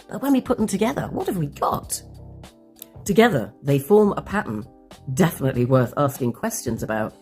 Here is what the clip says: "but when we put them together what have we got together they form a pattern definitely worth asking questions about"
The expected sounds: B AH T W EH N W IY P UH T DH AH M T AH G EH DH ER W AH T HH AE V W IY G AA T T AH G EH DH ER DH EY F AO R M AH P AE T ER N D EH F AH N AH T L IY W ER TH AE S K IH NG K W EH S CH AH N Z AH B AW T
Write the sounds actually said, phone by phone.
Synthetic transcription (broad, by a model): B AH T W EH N W IY P UH T DH AH M T AH G EH DH ER W AH T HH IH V W IY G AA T T AH G EH DH ER DH EY F AO R M AH P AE T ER N D EH F AH N AH T L IY W ER TH AE S K IH NG K W EH S CH AH N Z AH B AW T